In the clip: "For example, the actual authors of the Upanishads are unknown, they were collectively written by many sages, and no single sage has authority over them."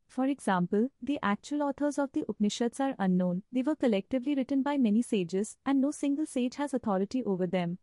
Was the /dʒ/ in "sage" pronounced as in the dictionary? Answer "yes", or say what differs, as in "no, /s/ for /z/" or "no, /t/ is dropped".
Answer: yes